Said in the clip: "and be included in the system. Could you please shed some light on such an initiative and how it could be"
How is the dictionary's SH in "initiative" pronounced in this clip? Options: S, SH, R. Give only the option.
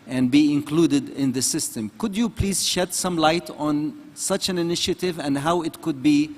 SH